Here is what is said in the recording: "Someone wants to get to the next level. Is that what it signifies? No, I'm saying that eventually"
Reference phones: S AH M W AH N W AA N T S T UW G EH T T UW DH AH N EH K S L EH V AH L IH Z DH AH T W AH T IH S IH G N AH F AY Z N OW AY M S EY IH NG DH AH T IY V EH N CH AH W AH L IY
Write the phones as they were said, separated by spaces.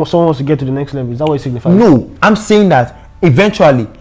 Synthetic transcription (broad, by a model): S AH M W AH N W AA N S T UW G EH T T UW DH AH N EH K S L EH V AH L IH Z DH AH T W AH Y IH S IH G N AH F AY N OW AY M S EY IH NG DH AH T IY V EH N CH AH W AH L IY